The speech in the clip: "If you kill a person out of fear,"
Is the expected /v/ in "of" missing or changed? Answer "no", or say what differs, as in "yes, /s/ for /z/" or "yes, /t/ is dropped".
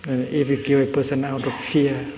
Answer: yes, /f/ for /v/